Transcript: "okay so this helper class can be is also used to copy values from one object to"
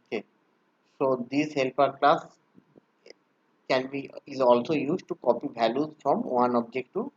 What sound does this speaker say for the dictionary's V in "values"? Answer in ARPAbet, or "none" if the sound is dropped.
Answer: B